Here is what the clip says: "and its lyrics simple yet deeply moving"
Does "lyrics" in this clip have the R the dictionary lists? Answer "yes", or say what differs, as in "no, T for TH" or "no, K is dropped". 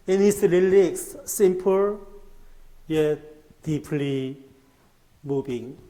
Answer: no, L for R